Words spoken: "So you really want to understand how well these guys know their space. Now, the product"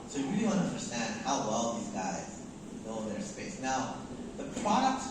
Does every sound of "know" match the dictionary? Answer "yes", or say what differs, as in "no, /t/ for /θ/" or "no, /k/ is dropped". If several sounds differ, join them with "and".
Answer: no, /l/ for /n/